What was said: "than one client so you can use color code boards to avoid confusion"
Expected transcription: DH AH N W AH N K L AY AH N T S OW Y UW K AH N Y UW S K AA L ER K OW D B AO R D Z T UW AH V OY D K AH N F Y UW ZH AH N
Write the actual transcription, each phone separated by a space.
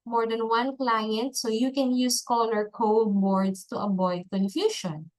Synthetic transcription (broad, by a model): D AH N W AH N K L AY AH N T S OW Y UW K AH N Y UW S K AA L ER K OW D B AO R D S T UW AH B OY D K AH N F Y UW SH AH N